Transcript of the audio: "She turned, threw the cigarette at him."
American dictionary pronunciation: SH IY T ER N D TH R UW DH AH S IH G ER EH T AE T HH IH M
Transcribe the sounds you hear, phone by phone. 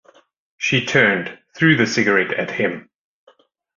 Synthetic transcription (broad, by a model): SH IY T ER N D TH R UW DH AH S IH G ER EH T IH T HH IH M